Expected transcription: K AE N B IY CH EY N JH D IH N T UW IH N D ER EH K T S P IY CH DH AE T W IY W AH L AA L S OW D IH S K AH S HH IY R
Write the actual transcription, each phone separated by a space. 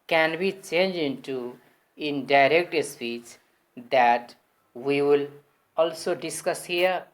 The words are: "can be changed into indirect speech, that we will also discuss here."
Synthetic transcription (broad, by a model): K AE N B IY CH EY N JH IH N T UW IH N D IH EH K T S P IY CH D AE T W IY W AH L AA L S OW D IH S K AH S HH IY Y